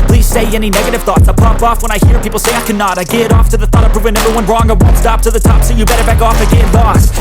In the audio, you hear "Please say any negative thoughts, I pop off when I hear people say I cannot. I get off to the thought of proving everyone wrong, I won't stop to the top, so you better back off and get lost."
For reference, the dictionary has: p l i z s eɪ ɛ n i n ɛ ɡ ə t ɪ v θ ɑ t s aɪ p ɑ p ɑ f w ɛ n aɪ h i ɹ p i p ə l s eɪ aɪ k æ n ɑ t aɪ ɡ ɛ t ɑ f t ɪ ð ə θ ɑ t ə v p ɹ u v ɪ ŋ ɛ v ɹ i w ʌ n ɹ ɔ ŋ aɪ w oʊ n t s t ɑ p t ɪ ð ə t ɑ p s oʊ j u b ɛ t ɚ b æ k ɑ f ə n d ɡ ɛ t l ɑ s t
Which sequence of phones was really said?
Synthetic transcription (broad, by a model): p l i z s eɪ ɛ n i n ɛ ɡ ə t ɪ v θ ɑ t s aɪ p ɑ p ɑ f w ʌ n aɪ h i ɹ p i p l s eɪ aɪ k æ n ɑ t aɪ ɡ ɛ t ɑ f t ɪ ð ə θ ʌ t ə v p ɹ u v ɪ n ɛ v ɹ i w ʌ n ɹ ɔ ŋ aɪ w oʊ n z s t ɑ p t ɪ ð ə t ɑ p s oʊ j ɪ b ɛ t ɚ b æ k ɑ f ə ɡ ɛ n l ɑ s